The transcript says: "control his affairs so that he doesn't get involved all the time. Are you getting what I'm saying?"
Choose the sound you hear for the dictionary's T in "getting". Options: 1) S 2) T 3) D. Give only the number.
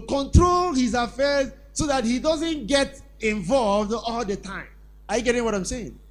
2